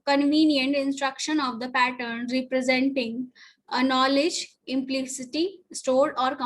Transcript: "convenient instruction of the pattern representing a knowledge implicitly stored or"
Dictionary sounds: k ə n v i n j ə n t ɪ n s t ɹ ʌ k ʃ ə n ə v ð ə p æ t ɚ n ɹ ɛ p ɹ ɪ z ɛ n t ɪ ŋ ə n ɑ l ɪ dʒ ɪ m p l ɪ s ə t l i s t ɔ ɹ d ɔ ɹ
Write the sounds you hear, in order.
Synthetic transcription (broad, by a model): k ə n v i n j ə n t ɪ n s t ɹ ʌ k ʃ ə n ə v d ə p æ t ɚ n ɹ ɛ p ɹ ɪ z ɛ n t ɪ ŋ ə n ɑ l ɪ dʒ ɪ m p l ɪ s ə t i s t ɔ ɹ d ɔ ɹ